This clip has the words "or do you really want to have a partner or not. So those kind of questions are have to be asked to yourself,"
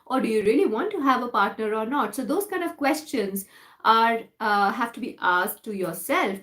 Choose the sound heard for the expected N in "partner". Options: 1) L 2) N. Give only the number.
2